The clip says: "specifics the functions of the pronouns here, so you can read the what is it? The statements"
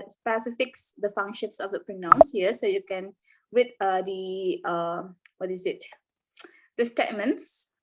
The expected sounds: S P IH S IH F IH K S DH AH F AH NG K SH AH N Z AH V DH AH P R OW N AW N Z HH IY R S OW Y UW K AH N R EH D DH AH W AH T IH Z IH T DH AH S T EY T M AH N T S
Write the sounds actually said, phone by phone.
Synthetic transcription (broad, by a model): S P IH S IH F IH K S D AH F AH NG K SH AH N S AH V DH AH P R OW N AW N S HH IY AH S OW Y UW K AH N W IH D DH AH W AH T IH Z IH T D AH S T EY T M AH N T S